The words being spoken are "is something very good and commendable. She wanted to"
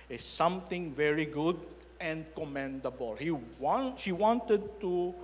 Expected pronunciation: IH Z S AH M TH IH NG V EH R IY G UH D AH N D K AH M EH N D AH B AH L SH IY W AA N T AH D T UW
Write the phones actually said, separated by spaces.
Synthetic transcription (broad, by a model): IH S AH M T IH NG V EH R IY G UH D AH N K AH M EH N D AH B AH L SH IY W AA N T AH D T UW